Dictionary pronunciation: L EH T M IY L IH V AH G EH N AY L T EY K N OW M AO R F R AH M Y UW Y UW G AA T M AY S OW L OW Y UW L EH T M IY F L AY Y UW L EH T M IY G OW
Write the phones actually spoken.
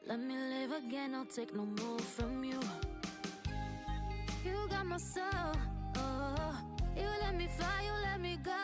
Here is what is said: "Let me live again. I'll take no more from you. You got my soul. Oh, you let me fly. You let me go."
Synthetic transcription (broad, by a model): L EH T M IY L IH V AH G EH N AY L T EY K N OW M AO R F R AH M Y UW Y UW G AA T M AY S OW L OW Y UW L EH T M IY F AY Y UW L EH T M IY G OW